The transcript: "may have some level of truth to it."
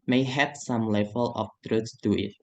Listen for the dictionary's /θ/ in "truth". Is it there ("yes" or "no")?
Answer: no